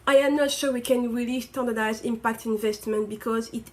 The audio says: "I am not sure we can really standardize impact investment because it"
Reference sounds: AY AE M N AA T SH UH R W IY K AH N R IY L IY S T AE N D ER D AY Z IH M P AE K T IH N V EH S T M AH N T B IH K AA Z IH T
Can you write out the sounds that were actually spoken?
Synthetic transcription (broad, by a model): AY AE M N AA T SH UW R W IY K AH N R IY L IY S T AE N D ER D AY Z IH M P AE K T IH N V EH S T M AH N T B IH K AA Z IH T